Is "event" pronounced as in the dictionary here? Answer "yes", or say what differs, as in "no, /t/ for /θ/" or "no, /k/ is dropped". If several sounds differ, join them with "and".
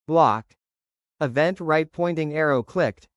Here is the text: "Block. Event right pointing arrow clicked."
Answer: yes